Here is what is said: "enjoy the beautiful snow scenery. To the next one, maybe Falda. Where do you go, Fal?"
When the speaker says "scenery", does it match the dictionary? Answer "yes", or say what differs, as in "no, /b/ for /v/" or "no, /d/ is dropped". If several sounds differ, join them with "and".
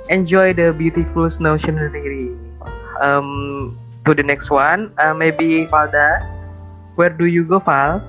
no, /ʃ/ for /s/